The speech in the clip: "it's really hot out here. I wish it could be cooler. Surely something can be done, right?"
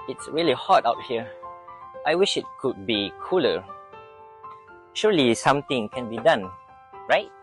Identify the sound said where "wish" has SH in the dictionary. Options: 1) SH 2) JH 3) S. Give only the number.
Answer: 1